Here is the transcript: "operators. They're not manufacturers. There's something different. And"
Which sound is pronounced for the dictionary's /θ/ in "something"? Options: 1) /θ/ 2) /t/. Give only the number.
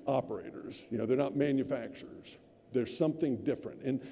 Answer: 1